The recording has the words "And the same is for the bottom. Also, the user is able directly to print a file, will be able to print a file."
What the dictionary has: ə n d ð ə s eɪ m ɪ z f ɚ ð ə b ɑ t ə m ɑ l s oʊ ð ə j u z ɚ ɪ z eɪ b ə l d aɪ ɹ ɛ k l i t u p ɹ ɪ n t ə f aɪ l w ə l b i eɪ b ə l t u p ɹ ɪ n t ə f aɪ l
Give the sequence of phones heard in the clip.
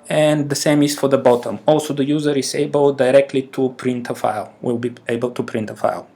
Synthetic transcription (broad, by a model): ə n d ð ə s eɪ m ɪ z f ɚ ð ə b ɑ t ə m ɑ l s oʊ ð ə j u z ɚ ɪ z eɪ b ə l d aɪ ɹ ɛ k l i t u p ɹ ɪ n t ə f aɪ l w ə l b i eɪ b ə l t u p ɹ ɪ n t ə f aɪ l